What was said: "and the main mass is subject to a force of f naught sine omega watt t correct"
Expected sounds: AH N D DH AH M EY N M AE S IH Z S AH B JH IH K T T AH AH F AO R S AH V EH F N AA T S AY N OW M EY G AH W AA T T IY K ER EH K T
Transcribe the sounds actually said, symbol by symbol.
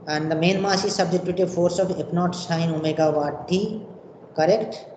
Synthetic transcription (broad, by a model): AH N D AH M EY N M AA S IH S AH B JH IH T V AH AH F AO R S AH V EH P N AA T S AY N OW M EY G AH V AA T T IY K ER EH K T